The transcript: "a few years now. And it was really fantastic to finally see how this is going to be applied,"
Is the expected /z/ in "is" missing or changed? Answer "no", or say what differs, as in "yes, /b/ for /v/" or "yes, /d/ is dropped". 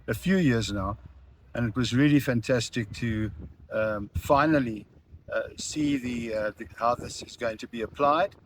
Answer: no